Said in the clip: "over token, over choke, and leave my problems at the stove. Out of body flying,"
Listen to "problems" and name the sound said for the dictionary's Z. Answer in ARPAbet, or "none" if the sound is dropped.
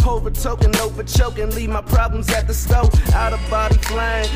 Z